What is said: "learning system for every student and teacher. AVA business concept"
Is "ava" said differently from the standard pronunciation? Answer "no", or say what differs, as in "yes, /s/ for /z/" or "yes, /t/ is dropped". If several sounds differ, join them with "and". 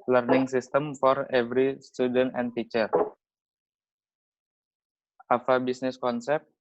yes, /f/ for /v/